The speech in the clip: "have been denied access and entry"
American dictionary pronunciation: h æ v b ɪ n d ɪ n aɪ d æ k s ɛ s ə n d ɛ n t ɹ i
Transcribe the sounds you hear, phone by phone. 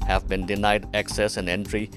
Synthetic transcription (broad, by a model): h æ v b ɪ n d ɪ n aɪ d æ k s ɛ s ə n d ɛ n t ɹ i